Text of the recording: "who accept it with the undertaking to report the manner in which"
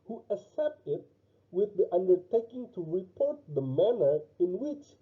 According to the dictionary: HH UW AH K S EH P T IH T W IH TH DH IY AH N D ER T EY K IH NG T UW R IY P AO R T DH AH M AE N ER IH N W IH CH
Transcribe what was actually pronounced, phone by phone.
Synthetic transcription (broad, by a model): HH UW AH S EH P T IH T W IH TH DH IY AH N D ER T EY K IH NG T UW R IY P AO R T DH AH M AE N ER IH N W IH CH